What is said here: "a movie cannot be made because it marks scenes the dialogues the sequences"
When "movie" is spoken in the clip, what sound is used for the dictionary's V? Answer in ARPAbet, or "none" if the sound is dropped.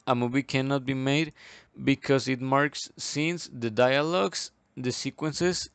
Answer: B